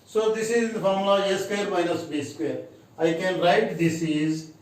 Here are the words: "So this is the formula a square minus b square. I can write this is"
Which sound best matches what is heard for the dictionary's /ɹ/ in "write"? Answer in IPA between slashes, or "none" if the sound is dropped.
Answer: /ɹ/